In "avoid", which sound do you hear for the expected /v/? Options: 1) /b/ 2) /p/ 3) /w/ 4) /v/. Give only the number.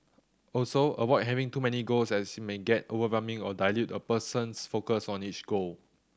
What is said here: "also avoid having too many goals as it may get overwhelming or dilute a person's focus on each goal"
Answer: 3